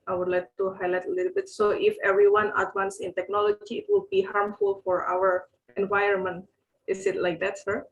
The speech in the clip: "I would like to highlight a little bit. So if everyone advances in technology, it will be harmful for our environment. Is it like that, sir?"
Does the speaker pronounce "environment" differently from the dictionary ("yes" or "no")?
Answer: yes